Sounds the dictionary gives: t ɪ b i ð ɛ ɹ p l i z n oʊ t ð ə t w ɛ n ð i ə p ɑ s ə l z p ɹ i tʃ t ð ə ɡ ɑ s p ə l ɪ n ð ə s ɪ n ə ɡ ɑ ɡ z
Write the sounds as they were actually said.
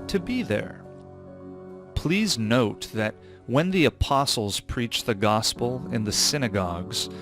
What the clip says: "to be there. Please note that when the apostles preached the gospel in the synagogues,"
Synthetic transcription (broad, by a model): t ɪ b i ð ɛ ɹ p l i z n oʊ t ð ə t w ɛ n ð i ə p ɑ s l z p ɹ i tʃ ð ə ɡ ɑ s p l ɪ n ð ə s ɪ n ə ɡ ɑ ɡ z